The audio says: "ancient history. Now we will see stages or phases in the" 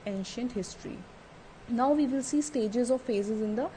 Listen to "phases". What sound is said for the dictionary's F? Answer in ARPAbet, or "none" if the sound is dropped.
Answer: F